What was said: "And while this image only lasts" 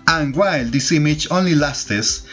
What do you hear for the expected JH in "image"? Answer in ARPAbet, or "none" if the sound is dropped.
CH